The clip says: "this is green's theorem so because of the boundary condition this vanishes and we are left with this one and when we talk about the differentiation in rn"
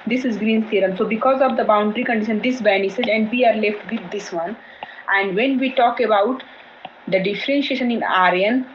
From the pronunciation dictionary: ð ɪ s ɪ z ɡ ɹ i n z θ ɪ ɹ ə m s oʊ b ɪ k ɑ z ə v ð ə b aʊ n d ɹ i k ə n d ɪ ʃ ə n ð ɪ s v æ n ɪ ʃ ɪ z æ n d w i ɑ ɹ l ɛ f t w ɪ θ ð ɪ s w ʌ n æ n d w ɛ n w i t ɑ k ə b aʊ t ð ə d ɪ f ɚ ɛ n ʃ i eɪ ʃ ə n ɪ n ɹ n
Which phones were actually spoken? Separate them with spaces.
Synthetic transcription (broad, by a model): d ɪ s ɪ z ɡ ɹ i n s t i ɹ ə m s oʊ b ɪ k ɑ z ə v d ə b aʊ n d ɹ i k ə n d ɪ ʃ ə n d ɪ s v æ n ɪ s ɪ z æ n d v i ɑ ɹ l ɛ f t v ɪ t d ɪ s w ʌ n æ n d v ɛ n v i t ɑ k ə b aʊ t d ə d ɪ f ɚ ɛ n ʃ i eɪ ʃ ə n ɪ n ɹ n